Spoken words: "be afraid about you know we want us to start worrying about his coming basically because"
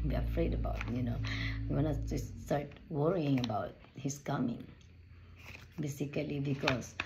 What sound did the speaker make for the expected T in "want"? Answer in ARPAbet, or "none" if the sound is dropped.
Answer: none